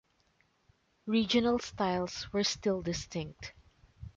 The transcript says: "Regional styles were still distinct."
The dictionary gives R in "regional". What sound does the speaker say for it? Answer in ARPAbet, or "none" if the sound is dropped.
R